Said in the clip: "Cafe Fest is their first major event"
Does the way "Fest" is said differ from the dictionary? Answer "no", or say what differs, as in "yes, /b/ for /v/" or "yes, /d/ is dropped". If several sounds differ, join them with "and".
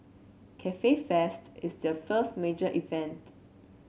no